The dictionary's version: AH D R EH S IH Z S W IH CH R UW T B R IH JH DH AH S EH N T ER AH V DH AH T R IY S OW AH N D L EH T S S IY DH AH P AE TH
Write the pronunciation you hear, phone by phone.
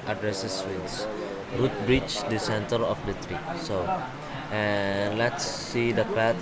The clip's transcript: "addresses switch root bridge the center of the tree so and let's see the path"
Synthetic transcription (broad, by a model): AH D R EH S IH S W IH S R UW T B R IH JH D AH S EH N T ER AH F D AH T R IY S OW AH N L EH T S S IY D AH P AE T